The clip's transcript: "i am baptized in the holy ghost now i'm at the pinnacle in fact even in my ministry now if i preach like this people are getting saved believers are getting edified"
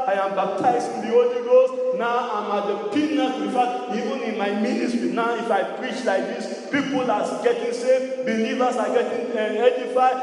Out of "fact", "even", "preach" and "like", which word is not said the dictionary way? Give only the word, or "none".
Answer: fact